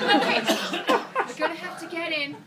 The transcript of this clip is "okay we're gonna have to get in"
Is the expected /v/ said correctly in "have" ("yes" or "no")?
no